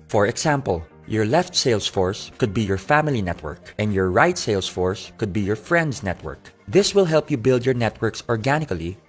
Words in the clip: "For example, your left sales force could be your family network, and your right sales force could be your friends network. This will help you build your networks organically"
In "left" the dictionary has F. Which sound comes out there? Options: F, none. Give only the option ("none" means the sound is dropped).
F